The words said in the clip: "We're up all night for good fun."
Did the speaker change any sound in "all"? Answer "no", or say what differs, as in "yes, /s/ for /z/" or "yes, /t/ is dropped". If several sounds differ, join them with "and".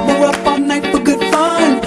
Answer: yes, /n/ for /l/